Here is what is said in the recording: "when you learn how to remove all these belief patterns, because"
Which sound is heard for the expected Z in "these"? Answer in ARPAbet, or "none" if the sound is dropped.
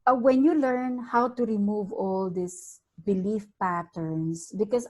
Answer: S